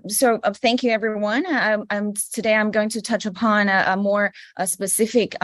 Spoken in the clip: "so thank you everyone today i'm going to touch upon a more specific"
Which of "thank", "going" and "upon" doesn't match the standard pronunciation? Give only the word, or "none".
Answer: none